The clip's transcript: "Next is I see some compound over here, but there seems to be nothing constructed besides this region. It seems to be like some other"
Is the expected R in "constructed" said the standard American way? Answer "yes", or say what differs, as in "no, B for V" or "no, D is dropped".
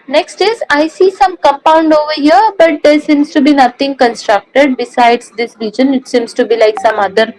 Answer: yes